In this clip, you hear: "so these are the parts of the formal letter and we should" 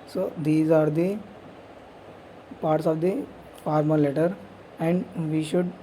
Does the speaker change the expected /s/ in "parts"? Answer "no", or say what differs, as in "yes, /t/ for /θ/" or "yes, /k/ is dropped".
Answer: no